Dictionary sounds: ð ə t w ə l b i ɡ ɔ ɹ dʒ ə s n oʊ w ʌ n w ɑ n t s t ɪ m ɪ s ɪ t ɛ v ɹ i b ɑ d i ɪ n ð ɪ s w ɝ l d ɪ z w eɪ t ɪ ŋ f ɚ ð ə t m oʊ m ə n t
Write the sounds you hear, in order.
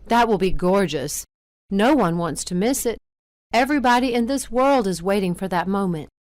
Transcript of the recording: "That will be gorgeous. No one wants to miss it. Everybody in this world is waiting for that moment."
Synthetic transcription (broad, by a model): ð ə t w ə l b i ɡ ɔ ɹ dʒ ə s n oʊ w ʌ n w ɑ n t s t ɪ m ɪ s ɪ t ɛ v ɹ i b ɑ d i ɪ n ð ɪ s w ɝ l d ɪ z w eɪ t ɪ ŋ f ɚ ð ə t m oʊ m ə n t